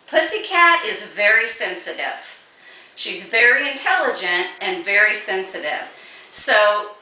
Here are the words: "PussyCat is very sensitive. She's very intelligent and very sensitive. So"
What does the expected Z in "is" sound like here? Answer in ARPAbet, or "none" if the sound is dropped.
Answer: Z